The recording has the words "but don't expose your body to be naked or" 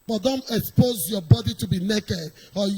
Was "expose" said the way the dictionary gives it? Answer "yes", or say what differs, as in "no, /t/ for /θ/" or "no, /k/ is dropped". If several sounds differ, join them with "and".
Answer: yes